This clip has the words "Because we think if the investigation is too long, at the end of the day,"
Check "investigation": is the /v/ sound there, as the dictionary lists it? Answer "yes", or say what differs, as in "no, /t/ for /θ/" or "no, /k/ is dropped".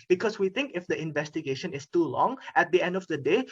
yes